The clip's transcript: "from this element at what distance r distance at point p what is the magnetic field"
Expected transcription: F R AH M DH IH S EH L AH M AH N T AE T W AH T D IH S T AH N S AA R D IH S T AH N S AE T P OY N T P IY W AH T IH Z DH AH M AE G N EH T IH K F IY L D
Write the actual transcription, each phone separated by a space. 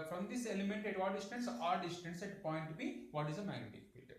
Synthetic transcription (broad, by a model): F R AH M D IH S EH L AH M AH N T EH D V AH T D IH S T AH N S AA R D IH S T AH N S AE T P OY N T B IY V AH T IH Z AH M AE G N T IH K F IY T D